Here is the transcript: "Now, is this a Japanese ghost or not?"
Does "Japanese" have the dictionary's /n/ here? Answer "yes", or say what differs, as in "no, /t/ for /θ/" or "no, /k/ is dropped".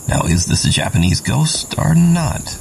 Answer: yes